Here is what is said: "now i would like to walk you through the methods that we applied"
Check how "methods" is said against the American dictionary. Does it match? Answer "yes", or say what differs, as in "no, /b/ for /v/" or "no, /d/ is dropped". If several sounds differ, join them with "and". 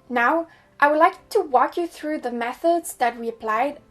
yes